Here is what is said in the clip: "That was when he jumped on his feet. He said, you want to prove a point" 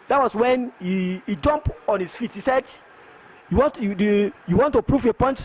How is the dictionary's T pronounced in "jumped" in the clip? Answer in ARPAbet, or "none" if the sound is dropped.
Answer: none